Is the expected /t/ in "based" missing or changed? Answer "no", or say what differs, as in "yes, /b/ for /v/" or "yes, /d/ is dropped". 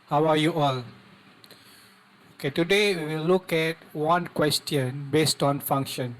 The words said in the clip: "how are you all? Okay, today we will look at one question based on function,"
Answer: no